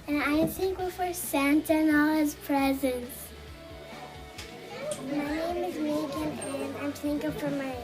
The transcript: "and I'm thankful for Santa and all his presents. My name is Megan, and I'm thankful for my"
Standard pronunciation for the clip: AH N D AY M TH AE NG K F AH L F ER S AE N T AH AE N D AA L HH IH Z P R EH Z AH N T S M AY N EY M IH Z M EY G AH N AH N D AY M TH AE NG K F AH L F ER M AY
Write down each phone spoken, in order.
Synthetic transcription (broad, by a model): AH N AY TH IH NG K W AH F ER S AE N T AH N AA L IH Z P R EH Z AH N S M AY N EY M IH Z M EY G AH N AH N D AY M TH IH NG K AH F ER M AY